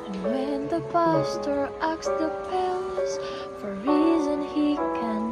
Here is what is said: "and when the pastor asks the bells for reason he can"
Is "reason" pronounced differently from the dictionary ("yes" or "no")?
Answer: no